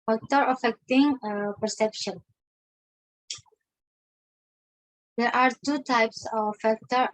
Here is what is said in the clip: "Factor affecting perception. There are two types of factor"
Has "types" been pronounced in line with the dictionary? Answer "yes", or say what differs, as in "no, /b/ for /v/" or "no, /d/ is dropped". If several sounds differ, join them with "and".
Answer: yes